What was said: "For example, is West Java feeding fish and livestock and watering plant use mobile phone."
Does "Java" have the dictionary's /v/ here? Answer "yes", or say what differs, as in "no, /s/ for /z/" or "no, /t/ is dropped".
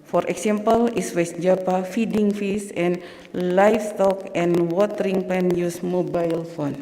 no, /p/ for /v/